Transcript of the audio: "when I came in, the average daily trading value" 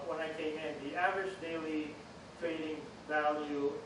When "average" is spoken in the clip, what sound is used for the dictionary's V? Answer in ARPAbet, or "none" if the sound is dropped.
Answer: V